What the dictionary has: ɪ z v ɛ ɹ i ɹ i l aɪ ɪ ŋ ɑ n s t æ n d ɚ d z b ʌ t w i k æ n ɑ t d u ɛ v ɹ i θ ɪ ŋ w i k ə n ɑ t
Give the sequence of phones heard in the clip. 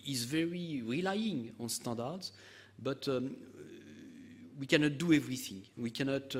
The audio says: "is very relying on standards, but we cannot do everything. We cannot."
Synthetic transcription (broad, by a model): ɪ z v ɛ ɹ i ɹ i l aɪ ɪ ŋ ɑ n s t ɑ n d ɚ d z b ʌ t w i k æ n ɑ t d u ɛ v ɹ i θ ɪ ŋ w i k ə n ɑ t